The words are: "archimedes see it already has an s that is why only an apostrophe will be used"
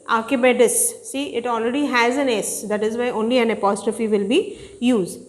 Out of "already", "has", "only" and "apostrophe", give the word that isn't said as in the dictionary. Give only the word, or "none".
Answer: none